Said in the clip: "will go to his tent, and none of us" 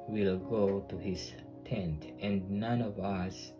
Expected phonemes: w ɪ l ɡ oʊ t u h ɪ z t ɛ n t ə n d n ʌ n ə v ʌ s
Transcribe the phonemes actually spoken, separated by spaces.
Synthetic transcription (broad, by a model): w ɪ l ɡ oʊ t u h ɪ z t ɛ n t ə n d n ʌ n ə v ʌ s